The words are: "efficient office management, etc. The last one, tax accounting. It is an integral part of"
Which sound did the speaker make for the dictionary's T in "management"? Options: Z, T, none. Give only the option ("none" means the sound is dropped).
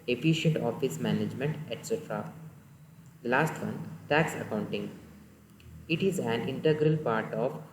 T